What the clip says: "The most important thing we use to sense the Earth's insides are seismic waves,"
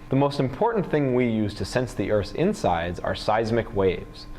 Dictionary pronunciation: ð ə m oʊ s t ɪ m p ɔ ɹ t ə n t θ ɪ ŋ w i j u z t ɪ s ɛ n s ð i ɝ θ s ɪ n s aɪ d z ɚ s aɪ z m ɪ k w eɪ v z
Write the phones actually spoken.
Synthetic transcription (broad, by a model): ð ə m oʊ s t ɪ m p ɔ ɹ t n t θ ɪ ŋ w i j u z t ɪ s ɛ n s ð i ɝ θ ɪ n s aɪ d z ɚ s aɪ z m ɪ k w eɪ v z